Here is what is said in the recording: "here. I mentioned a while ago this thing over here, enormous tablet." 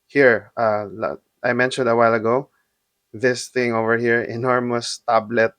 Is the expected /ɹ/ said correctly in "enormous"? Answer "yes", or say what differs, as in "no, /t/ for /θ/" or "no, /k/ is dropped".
yes